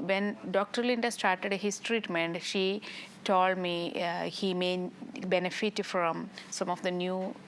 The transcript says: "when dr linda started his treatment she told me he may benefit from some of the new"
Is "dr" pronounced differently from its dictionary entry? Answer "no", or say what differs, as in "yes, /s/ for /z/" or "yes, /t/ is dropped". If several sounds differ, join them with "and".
no